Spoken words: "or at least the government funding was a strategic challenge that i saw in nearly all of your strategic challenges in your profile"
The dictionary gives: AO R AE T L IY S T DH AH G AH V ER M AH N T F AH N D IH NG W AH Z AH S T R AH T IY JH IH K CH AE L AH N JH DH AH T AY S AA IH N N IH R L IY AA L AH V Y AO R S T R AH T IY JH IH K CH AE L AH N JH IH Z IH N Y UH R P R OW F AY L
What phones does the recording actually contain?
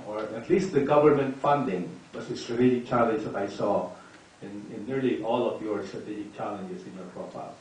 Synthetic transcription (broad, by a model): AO R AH T L IY S T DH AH G AH V ER M AH N T F AH N D IH NG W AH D AH S T R AH T IY JH IH K CH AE L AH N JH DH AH T AY S AA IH N N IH R L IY AA L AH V Y AO R S T R AH T IY JH IH K CH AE L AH N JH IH S IH N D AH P R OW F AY L